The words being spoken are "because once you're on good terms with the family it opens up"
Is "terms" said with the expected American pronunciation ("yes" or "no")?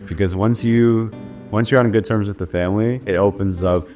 yes